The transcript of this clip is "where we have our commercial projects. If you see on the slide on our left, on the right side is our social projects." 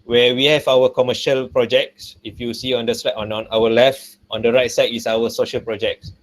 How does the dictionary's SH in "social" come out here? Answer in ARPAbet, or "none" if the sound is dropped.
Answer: SH